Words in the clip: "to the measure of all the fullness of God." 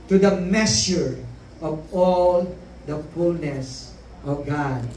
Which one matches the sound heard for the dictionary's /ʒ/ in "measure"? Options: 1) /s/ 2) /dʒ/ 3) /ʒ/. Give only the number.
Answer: 1